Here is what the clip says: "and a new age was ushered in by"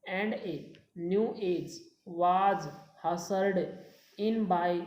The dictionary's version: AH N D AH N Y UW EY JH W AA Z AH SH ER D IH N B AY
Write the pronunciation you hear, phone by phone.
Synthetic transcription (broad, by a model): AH N D AH N Y UW EY JH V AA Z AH S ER D IH N B AY